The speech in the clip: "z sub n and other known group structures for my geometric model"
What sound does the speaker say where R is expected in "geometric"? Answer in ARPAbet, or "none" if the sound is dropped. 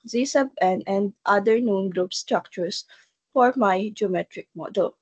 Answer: R